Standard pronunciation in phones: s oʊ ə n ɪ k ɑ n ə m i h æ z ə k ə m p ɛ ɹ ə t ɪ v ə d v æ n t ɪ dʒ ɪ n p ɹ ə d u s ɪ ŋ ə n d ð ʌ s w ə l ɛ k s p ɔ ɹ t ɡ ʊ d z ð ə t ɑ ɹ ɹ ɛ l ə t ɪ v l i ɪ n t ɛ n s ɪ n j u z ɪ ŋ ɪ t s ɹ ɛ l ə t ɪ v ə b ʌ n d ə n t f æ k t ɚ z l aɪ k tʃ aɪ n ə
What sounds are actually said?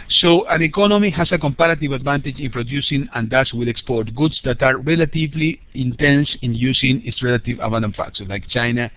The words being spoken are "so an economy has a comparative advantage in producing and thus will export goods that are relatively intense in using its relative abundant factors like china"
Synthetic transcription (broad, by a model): s oʊ ə n ɪ k ɑ n ə m i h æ s ə k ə m p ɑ ɹ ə t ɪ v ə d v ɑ n t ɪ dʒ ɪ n p ɹ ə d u s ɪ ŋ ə n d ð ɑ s w ə l ɛ k s p ɔ ɹ t ɡ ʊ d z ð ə t ɑ ɹ ɹ ɛ l ə t ɪ v l i ɪ n t ɛ n s ɪ n j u s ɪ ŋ ɪ t s ɹ ɛ l ə t ɪ v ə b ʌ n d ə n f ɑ t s l aɪ k tʃ aɪ n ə